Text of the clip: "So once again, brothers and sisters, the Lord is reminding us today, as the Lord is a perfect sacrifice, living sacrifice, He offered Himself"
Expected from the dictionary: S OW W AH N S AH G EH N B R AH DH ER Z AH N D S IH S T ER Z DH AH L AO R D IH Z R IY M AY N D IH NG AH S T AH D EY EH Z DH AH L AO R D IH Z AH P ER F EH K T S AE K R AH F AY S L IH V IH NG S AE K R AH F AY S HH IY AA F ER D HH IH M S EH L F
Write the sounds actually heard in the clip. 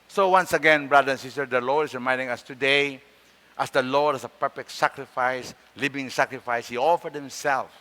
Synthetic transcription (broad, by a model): S OW W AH N S AH G EH N B R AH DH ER AH N S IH S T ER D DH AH L AO R D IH S R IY M AY N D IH NG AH S T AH D EY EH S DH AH L AO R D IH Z AH P ER F EH K T S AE K R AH F AY S L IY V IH NG S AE K R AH F AY S HH IY AA F ER D HH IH M S EH L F